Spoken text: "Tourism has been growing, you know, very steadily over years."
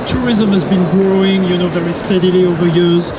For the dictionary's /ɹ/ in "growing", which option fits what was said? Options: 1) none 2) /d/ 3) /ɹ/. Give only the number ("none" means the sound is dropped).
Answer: 3